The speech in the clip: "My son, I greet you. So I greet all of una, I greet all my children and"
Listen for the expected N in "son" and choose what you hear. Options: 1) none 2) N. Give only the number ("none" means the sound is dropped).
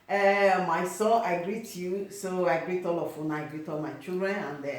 1